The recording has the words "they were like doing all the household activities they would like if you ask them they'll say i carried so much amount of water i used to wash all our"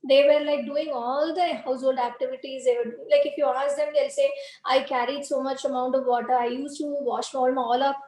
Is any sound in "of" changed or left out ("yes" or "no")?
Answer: no